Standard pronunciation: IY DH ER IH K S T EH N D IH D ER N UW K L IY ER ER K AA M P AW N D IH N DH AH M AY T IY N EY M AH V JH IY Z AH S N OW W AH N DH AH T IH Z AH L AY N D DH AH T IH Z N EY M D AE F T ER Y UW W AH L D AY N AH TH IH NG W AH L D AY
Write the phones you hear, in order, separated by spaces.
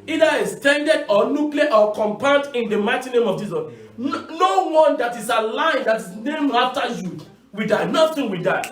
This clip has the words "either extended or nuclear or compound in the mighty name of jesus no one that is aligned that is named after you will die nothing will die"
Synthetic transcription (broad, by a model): IY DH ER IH S T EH N D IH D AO N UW K L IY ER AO K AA M P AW D IH N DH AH M AY T IY N EY M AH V JH IY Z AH S N OW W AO N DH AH T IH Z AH L AY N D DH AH T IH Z N EY M AA F T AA Y UW W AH D AY N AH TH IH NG W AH D AY